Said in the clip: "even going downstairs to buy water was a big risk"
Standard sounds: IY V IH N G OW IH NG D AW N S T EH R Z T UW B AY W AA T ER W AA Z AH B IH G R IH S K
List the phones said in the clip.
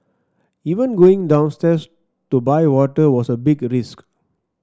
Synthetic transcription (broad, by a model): IY V IH N G OW IH NG D AW N S T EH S T UW B AY W AA T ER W AA S AH B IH G R IH S K